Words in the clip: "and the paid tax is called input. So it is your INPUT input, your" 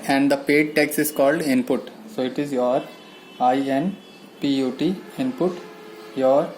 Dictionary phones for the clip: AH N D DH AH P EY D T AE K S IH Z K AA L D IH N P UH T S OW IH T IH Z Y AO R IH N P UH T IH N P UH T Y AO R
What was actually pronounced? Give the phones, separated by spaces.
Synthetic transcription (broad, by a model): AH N D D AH P EY D T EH K S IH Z K AA L D IH N P UH T S OW IH T IH Z Y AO R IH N P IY T IH N P UH T Y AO R